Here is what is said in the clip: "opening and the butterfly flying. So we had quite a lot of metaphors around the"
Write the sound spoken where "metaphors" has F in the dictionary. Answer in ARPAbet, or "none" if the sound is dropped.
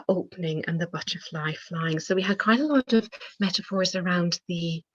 F